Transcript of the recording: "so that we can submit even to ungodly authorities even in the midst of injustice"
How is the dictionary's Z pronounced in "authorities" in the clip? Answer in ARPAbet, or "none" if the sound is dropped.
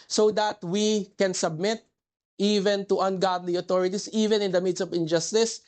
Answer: S